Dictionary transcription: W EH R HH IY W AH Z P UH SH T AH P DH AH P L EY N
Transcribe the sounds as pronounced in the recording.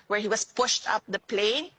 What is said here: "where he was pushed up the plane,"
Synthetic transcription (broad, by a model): W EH R HH IY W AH S P UH SH T AH P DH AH P L EY N